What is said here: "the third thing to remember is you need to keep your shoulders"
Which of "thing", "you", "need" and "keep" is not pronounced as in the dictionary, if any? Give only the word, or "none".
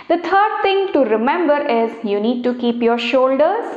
thing